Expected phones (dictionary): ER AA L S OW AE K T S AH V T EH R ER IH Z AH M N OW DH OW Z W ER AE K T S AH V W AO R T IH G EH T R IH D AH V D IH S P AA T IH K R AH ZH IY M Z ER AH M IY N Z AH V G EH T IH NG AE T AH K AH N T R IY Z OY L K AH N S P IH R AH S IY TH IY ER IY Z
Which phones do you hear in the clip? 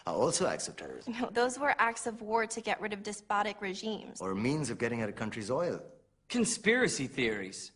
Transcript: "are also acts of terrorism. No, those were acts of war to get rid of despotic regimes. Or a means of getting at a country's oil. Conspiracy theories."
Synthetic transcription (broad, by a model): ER AA L S OW AE K T S AH V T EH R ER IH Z N OW DH OW Z W ER AE K T S AH V W AO R T IH G EH T R IH D AH V D IH S P AA T IH K R AH ZH IY M Z ER M IY N Z AH V G EH T IH NG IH T AH K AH N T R IY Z OY L K AH N S P IH R AH S IY TH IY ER IY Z